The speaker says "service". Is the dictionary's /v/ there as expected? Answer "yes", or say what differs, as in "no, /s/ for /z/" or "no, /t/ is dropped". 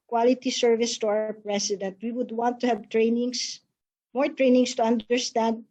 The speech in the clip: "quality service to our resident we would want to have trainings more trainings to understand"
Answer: yes